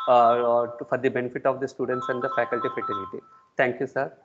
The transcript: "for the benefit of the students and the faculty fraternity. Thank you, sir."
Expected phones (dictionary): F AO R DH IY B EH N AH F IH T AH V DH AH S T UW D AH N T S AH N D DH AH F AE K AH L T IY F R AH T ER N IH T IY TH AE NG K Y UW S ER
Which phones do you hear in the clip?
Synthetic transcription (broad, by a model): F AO R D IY B EH N AH F IH T AH V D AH S T UW D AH N T S AH N D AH F AE K AH L T IY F AH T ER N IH T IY T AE NG K Y UW S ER